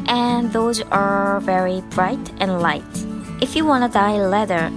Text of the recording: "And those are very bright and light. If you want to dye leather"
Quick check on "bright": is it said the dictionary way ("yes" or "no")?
yes